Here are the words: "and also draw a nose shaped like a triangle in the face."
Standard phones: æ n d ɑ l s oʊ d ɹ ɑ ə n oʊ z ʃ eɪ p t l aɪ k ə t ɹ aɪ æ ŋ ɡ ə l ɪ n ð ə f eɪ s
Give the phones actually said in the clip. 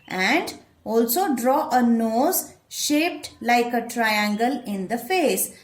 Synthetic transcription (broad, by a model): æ n d ɑ l s oʊ d ɹ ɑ ə n oʊ z ʃ eɪ p t l aɪ k ə t ɹ aɪ æ ŋ ɡ ə l ɪ n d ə f eɪ s